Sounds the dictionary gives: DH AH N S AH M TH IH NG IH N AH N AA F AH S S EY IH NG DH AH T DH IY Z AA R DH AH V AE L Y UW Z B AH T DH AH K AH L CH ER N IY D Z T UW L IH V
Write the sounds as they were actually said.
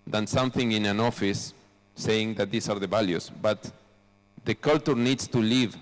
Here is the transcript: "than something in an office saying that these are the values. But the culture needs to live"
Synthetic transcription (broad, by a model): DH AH N S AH M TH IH NG IH N AH N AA F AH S S EY IH NG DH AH T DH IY S AA R DH AH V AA L Y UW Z B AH T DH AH K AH L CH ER N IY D S T UW L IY V